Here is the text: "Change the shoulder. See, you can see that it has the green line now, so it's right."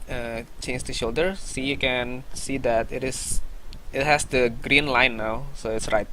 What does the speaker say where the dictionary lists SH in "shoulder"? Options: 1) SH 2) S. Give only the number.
1